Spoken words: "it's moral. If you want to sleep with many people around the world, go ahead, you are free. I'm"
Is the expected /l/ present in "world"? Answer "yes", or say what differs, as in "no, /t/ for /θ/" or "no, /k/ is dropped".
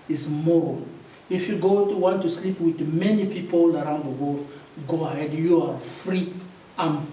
no, /l/ is dropped